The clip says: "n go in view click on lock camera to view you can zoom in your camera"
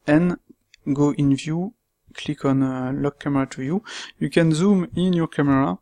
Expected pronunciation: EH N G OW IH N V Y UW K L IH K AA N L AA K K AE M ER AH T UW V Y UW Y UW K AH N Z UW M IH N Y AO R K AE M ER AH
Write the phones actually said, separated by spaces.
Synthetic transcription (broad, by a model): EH N G OW IH N V Y UW K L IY K AA N L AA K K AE M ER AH T UW Y UW Y UW K AH N Z UW M IH N Y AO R K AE M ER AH